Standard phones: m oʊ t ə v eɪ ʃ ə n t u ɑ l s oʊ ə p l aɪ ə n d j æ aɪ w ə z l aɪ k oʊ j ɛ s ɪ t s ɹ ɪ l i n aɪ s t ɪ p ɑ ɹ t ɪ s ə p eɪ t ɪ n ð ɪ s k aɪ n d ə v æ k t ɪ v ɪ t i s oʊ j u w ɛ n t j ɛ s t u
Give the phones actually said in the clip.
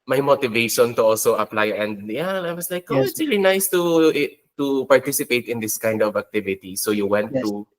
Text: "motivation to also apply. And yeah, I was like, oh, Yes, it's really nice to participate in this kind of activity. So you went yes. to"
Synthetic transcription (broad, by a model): m oʊ t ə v eɪ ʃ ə n t u ɑ l s oʊ ə p l aɪ ə n d j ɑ aɪ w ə s l aɪ k oʊ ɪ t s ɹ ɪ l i n aɪ s t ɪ p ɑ ɹ t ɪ s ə p eɪ t ɪ n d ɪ s k aɪ n d ə v æ k t ɪ v ɪ t i s oʊ j u w ɛ n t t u